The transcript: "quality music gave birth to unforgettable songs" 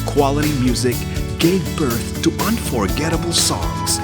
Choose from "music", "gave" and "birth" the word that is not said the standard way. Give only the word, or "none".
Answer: none